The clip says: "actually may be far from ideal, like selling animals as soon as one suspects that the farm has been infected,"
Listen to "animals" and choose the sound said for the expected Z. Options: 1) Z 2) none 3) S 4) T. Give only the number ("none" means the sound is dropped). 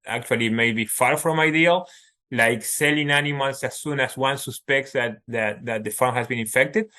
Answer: 3